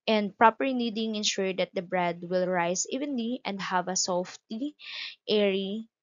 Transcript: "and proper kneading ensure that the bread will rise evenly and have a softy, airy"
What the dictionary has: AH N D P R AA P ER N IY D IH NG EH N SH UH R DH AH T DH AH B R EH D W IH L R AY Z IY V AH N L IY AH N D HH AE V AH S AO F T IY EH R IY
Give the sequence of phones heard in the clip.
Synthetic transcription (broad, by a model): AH N D P R AA P ER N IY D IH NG EH N SH UH R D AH T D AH B R EH D W IH L R AY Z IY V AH N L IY AH N D HH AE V AH S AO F T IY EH R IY